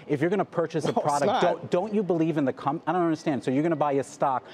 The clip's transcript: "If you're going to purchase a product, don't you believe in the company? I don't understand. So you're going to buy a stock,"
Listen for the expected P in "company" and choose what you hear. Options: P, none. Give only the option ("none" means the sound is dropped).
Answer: none